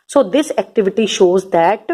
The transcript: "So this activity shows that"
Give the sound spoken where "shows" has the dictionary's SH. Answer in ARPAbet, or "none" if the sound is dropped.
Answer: SH